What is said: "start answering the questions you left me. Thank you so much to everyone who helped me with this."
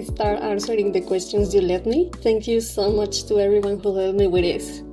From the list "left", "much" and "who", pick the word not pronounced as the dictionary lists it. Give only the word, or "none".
left